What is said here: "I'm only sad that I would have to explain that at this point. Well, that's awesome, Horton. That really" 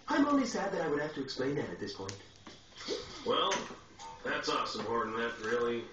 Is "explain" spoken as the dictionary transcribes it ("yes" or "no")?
yes